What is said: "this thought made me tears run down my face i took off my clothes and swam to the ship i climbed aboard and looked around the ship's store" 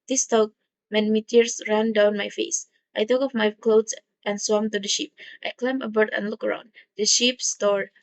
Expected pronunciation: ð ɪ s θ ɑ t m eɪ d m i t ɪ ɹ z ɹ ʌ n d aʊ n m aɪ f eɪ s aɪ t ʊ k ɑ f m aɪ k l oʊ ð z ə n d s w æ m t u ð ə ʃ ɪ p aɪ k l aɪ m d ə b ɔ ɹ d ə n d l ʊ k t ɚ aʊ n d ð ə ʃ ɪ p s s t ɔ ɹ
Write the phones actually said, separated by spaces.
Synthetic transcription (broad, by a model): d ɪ s t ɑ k m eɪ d m i t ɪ ɹ s ɹ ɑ n d aʊ n m aɪ f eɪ s aɪ t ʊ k ɑ f m aɪ k l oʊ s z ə n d s w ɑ m t u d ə ʃ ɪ p aɪ k l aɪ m ə b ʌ ɹ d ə n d l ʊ k ɚ aʊ n d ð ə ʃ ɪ p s s t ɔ ɹ